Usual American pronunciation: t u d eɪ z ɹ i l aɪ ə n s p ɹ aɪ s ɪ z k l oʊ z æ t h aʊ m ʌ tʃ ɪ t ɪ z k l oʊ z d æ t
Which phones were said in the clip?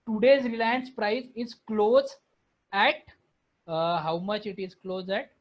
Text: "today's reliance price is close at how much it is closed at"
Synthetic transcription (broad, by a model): t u d eɪ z ɹ i l aɪ ə n s p ɹ aɪ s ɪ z k l oʊ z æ t h aʊ m ʌ tʃ ɪ t ɪ z k l oʊ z æ t